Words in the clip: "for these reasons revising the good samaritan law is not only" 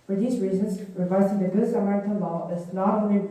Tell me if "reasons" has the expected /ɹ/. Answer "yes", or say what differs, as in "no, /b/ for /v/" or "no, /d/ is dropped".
yes